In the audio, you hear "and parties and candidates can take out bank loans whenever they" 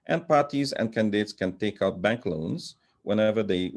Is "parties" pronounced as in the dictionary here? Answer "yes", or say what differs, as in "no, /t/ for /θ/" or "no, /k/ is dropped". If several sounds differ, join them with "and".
yes